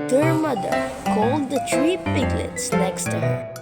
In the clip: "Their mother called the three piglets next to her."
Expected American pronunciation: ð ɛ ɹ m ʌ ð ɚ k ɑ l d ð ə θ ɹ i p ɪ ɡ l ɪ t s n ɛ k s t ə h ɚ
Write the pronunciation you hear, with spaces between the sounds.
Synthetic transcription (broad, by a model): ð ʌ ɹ m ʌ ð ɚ k ɑ l d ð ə t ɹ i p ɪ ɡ l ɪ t s n ɛ k s t ə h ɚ